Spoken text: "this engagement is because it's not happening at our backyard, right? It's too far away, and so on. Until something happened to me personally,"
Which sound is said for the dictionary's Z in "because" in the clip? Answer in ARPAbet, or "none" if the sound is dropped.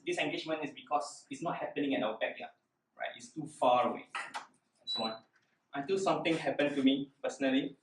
S